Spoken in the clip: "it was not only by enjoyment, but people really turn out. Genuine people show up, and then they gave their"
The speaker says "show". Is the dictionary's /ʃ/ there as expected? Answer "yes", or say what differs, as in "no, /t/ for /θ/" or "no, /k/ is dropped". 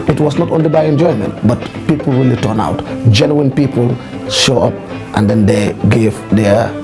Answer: yes